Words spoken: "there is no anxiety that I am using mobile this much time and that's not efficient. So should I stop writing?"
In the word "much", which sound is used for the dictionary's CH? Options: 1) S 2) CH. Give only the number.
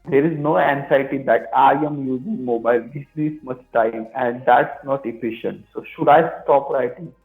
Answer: 1